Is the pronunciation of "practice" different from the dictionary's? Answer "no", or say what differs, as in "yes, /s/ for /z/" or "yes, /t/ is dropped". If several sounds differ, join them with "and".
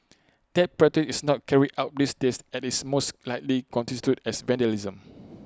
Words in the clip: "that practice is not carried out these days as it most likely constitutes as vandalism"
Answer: yes, /k/ is dropped